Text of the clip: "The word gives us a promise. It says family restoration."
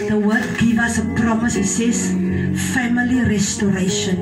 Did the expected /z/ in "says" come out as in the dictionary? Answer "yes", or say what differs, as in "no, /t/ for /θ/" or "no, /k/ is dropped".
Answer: no, /s/ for /z/